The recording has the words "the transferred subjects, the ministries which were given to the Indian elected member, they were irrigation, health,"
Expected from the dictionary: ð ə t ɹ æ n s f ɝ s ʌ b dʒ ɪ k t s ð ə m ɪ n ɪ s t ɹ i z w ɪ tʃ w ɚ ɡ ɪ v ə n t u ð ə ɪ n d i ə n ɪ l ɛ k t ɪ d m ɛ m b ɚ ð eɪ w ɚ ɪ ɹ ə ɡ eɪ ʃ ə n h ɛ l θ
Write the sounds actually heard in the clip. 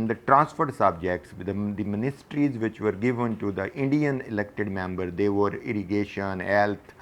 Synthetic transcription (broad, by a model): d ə t ɹ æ n s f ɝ s ʌ b dʒ ɪ k t s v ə m ɪ n ɪ s t ɹ i z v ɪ tʃ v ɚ ɡ ɪ v ə n t u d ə ɪ n d i ə n ɪ l ɛ k t ɪ d m ɛ m b ɚ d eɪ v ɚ ɪ ɹ ə ɡ eɪ ʃ ə n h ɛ l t